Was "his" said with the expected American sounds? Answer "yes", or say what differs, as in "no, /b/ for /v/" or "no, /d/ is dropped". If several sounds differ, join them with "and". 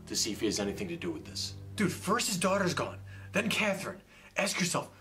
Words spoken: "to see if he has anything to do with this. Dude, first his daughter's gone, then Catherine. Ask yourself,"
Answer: yes